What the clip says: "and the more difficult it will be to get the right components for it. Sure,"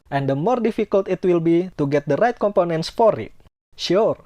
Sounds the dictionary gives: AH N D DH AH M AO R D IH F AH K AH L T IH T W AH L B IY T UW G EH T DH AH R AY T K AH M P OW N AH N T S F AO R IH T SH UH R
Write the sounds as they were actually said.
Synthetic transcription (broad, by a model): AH N D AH M AO R D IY F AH K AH L T IH T W AH L B IY T UW G EH T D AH R AY T K AH M P OW N AH N T S F AO R IH T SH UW R